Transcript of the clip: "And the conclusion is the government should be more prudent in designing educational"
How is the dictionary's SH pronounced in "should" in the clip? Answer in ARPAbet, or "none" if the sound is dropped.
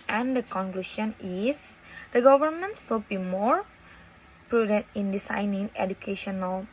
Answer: S